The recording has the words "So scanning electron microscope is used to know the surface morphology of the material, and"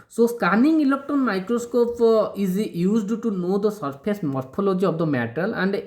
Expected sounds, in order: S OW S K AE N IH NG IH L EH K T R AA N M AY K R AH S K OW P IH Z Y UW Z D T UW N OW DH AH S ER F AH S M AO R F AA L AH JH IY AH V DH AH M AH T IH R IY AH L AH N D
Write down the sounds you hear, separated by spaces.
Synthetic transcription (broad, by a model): S OW S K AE N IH NG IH L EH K T AA N M AY K R AH S K OW P IH Z Y UW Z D T UW N OW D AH S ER P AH S M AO R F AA L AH JH IY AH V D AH M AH T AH L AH N D